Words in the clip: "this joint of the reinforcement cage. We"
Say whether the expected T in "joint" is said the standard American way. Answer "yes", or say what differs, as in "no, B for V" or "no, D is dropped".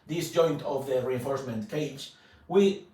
yes